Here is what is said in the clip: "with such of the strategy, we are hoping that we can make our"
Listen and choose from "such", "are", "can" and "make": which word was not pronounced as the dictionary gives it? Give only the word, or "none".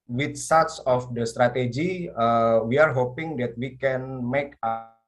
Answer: such